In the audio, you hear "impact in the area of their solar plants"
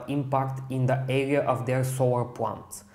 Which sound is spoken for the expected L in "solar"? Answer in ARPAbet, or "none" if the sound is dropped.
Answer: W